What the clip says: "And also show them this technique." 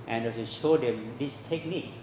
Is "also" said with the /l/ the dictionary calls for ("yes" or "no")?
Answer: no